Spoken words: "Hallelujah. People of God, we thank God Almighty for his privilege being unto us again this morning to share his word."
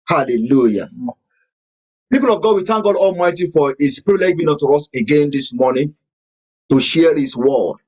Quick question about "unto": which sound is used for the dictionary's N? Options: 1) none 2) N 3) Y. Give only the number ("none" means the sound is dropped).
1